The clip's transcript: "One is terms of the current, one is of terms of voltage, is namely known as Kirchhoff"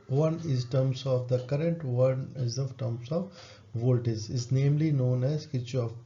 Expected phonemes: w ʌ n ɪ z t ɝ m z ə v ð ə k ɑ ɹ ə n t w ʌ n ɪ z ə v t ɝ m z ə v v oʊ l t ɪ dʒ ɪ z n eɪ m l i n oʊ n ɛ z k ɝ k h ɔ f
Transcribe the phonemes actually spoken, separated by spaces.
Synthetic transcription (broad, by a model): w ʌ n ɪ z t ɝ m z ə v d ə k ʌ ɹ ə n t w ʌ n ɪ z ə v t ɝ m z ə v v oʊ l t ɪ z ɪ z n eɪ m l i n oʊ n ɛ z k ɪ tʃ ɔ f